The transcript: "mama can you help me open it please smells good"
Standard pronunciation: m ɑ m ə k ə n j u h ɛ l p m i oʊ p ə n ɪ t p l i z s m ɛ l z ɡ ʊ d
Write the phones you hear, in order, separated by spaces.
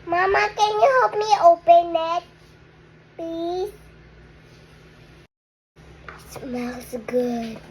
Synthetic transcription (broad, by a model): m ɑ m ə k ə n j u h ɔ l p m i oʊ p ə n ɪ t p i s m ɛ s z ɡ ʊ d